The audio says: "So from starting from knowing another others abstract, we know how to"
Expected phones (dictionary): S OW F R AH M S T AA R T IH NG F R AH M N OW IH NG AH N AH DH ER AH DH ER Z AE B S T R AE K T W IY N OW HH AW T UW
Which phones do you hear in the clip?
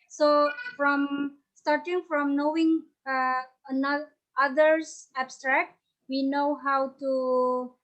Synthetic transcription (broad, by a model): S OW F R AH M S T AA R T IH NG F R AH M N OW IH NG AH N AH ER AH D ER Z AE B S T R AE K T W IY N OW HH AW T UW